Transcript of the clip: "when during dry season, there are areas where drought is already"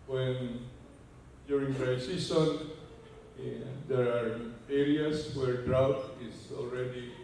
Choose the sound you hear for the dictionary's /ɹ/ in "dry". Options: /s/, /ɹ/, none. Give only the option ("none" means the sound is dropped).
none